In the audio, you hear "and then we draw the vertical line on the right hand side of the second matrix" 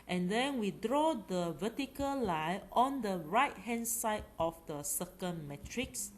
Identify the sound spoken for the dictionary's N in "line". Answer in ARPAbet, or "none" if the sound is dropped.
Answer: none